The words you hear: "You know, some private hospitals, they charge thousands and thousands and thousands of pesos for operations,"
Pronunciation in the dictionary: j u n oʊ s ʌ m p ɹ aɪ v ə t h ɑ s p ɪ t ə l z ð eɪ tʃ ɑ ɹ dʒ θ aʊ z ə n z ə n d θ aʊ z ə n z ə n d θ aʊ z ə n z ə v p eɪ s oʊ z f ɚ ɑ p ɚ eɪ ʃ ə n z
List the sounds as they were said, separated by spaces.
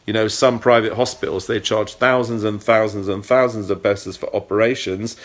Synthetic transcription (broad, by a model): j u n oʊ s ʌ m p ɹ aɪ v ə t h ɑ s p ɪ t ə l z ð eɪ tʃ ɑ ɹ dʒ θ aʊ z ə n z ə n θ aʊ z ə n z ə n θ aʊ z ə n z ə v b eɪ s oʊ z f ɚ ɑ p ɚ eɪ ʃ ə n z